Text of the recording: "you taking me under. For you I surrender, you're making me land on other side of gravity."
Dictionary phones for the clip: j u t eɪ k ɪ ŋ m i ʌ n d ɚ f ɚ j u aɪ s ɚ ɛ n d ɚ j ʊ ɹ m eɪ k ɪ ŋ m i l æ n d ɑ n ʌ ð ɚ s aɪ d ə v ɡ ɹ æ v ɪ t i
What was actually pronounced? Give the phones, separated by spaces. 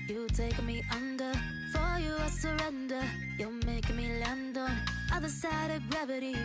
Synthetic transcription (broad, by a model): j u t eɪ ɪ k m i ʌ n d ɚ f ɚ j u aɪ s ɚ ɛ n d ɚ j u l m eɪ ɪ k m i l æ n d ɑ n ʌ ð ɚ s aɪ d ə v ɡ ɹ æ v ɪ t i